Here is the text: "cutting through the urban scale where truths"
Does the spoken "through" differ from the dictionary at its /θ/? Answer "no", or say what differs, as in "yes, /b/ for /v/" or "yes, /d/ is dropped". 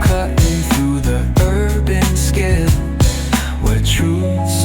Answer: no